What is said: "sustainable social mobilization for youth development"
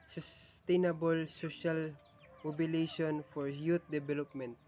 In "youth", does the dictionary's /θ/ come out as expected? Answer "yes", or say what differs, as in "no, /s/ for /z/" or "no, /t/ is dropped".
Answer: no, /t/ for /θ/